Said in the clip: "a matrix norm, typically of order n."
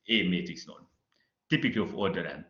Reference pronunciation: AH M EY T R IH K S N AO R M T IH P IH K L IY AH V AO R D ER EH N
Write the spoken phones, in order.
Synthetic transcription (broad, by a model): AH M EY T IH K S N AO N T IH P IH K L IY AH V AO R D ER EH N